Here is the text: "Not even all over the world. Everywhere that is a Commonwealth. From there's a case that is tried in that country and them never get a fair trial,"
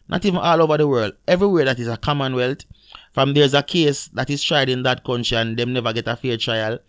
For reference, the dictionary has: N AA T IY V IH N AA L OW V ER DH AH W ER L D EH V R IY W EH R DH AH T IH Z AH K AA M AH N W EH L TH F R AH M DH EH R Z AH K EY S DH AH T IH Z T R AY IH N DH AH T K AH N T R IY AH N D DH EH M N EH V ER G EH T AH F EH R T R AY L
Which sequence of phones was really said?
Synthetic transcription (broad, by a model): N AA T IY V IH N AA L OW V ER DH AH W ER L D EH V R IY W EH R DH AH T IH Z AH K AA M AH N W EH L T F R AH M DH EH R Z AH K EY S DH AH T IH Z T R AY IH N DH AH T K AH N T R IY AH N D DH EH M N EH V ER G EH T AH F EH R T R AY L